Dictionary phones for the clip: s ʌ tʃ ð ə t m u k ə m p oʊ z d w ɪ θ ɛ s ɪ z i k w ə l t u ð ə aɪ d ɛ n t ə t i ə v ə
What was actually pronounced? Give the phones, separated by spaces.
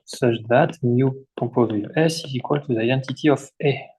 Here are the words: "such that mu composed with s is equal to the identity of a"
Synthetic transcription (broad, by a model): s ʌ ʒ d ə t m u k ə p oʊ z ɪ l ɛ s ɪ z i k w ə l t u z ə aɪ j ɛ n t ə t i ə f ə